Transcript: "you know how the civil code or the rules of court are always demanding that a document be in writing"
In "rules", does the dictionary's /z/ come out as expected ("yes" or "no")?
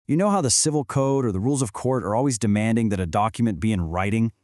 yes